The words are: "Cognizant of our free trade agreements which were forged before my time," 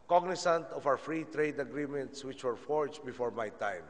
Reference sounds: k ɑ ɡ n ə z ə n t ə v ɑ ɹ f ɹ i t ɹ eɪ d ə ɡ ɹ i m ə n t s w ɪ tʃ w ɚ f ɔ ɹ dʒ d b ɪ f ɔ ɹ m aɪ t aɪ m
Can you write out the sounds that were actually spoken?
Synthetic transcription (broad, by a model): k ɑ ɡ n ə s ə n t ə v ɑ w f ɹ i t ɹ eɪ d ə ɡ ɹ i m ə n t s w ɪ tʃ w ɚ f ɔ ɹ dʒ b ɪ f ɔ ɹ m aɪ t aɪ m